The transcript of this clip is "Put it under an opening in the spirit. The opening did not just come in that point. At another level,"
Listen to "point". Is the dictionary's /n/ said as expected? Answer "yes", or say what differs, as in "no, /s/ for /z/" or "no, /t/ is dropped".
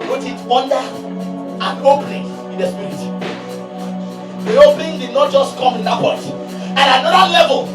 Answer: no, /n/ is dropped